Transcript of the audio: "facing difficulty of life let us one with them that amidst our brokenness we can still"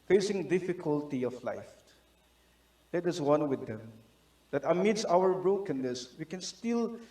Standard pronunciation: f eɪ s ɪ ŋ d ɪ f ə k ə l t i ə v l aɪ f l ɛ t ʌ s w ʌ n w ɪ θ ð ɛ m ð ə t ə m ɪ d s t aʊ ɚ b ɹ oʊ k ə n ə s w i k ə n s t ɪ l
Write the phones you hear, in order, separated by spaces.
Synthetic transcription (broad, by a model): f eɪ s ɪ ŋ d ɪ f ə k ə l t i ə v l aɪ f l ɛ t ʌ s w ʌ n w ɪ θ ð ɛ m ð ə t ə m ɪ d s aʊ ɚ b ɹ oʊ k ə n ə s w i k ə n s t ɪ l